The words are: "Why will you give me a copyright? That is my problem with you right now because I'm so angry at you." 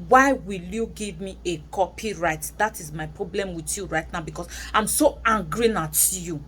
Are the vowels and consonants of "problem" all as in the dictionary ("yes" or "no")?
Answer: yes